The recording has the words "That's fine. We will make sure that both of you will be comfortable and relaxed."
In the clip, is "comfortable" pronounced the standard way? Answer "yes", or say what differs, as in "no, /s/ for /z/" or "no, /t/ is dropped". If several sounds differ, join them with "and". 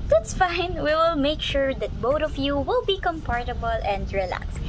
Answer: no, /p/ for /f/